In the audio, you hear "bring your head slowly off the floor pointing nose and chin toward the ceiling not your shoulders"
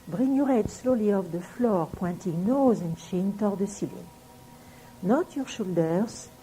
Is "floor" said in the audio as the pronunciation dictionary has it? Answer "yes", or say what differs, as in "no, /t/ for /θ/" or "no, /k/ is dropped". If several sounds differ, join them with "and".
yes